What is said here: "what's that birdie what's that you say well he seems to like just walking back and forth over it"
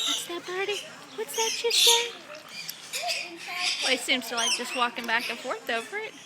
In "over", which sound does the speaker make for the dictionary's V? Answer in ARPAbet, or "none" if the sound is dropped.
F